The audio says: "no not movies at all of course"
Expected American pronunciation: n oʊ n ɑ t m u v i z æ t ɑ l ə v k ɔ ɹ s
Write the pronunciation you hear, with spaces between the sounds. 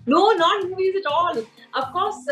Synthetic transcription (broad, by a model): n oʊ n ɑ t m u i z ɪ t ɑ l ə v k ɔ ɹ s